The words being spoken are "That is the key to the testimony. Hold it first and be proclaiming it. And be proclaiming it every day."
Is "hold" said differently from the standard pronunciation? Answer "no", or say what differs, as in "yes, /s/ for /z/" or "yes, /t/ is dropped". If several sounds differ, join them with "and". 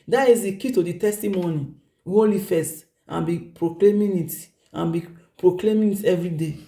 yes, /d/ is dropped